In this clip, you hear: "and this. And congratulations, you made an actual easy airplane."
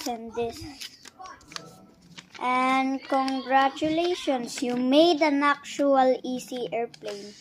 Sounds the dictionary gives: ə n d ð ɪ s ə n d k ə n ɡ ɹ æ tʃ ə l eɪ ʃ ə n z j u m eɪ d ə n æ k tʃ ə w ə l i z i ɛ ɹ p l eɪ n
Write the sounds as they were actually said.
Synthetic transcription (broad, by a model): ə n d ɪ s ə n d k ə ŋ ɡ ɹ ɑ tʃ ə l eɪ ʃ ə n s j u m eɪ d ə n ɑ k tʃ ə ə l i s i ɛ ɹ p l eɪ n